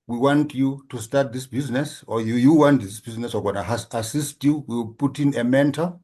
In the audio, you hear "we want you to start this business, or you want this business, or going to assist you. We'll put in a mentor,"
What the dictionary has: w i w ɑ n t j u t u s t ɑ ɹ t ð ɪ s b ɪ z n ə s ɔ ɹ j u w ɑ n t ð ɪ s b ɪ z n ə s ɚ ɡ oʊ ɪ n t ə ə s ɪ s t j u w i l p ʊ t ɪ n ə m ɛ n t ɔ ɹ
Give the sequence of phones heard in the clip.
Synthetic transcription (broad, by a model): w i w ɑ n t j u t u s t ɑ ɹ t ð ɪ s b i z n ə s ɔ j j u w ɑ n t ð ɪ s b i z n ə s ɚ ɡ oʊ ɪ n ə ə s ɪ s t j u w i w p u t ɪ n ə m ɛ n t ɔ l